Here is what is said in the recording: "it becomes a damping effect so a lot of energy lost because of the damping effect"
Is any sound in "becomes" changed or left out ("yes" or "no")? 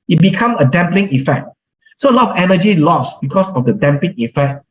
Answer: yes